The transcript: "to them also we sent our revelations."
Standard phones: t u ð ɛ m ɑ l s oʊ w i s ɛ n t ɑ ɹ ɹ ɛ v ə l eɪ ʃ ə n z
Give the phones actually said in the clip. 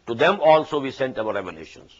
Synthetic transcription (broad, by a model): t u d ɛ m ɑ l s oʊ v i s ɛ n t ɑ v ɹ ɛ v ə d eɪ ʃ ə n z